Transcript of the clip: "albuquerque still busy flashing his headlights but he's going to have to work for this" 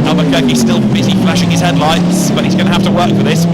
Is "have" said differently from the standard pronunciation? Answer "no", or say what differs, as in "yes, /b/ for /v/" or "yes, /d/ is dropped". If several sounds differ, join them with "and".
yes, /f/ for /v/